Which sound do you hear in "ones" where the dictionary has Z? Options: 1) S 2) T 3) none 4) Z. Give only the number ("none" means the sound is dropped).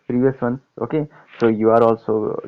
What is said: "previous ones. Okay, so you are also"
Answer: 3